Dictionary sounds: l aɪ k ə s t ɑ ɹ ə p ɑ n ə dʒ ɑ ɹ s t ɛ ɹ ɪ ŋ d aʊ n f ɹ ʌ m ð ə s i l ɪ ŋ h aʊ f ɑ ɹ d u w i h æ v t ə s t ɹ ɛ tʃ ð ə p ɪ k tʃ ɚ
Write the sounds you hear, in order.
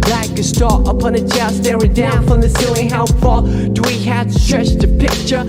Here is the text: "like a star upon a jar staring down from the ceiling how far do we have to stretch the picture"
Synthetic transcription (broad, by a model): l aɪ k ə s t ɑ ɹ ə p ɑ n ə tʃ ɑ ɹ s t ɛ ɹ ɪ d aʊ n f ɹ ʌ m ð ə s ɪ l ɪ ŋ h aʊ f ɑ l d w i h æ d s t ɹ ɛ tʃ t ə p ɪ k tʃ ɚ